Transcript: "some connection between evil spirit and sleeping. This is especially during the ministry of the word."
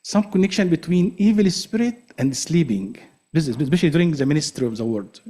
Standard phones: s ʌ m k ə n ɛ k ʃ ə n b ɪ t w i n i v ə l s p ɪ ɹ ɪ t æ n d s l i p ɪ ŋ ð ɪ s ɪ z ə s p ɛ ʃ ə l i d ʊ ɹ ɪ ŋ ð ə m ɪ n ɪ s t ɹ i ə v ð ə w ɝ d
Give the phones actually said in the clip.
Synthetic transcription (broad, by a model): s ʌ m k ə n ɛ k ʃ ə n b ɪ t w i n i v ə l s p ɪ ɹ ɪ t æ n d s l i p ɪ ŋ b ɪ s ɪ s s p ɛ ʃ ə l i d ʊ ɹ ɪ ŋ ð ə m ɪ n ɪ s t ɹ i ə v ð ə w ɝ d